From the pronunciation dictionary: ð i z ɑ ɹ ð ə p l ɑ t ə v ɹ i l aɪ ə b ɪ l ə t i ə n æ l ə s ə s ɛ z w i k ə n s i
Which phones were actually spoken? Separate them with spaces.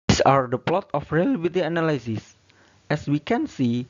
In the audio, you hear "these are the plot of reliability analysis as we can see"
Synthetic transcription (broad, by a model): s ɑ ɹ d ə p l ɑ t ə f ɹ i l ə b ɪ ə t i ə n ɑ l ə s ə s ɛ s w i k ə n s i